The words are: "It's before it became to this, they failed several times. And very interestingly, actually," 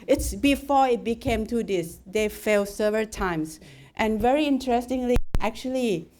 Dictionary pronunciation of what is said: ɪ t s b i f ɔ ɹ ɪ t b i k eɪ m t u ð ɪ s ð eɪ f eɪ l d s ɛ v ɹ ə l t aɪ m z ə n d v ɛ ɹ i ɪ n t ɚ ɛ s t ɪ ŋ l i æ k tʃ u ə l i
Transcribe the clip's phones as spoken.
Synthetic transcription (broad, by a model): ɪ t s b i f ɔ ɪ t b i k eɪ m t u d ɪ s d eɪ f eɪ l s ɛ v ɹ ə l t aɪ m s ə n v ɛ ɹ i ɪ n t ɚ ɛ s t ɪ ŋ l i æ k tʃ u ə l i